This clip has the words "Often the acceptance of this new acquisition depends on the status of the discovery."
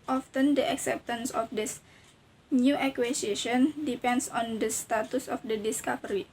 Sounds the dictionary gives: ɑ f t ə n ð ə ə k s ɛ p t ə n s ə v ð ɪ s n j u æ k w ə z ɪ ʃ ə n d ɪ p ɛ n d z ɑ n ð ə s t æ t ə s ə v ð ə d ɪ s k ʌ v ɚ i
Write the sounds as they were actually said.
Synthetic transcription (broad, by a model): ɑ f t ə n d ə ə k s ɛ p t ə n s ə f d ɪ s n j u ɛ k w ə s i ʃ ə n d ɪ p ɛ n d s ɑ n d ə s t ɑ t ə s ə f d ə d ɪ s k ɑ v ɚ i